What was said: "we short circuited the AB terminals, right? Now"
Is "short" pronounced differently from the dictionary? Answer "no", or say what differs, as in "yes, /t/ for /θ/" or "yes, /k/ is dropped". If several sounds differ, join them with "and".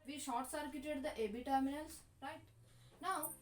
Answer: no